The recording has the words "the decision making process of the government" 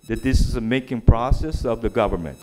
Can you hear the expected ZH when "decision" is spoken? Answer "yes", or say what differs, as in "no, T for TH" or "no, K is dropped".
no, Z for ZH